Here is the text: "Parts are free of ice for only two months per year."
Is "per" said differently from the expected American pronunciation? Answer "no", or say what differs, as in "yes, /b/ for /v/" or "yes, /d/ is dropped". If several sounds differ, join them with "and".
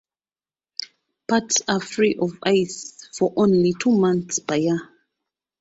yes, /b/ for /p/